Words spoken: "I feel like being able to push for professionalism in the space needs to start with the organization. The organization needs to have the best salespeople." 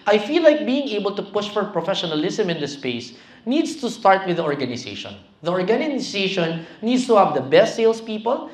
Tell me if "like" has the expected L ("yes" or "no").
yes